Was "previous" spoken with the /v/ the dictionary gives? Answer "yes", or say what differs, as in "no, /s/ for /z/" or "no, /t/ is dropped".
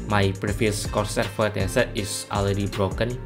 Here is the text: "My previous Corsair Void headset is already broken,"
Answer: no, /f/ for /v/